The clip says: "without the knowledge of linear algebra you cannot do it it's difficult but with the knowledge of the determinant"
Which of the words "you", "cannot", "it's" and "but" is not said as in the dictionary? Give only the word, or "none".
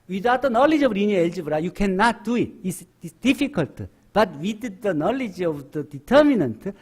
it's